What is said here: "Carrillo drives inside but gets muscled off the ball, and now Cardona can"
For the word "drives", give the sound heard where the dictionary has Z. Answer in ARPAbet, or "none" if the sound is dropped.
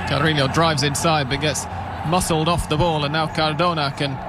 Z